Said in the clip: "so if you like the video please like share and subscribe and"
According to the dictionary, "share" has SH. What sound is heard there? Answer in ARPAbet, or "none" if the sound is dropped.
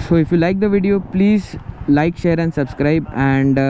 SH